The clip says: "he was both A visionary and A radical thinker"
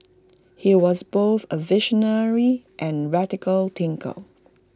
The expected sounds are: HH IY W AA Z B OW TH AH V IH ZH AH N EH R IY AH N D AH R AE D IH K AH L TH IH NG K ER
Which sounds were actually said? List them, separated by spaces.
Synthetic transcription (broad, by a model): HH IY W AA Z B OW TH AH V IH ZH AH N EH R IY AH N R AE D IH K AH L T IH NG K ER